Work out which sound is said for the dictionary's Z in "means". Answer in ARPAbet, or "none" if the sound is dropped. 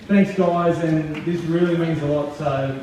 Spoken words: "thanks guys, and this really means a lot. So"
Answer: Z